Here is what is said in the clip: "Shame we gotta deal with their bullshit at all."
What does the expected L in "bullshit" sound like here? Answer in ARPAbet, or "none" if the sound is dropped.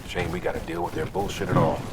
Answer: L